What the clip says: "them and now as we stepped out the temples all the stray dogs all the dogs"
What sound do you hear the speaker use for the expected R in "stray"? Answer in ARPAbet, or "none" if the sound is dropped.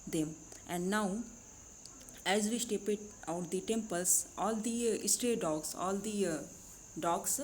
R